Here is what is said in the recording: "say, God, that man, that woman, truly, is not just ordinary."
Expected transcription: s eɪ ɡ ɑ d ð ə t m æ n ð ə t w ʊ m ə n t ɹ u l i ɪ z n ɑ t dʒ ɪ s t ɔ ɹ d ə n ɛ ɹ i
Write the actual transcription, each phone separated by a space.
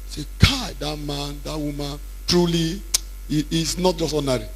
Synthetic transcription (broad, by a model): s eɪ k ɑ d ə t m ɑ n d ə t w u m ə n t ɹ u l i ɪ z n ɑ t dʒ ɪ s t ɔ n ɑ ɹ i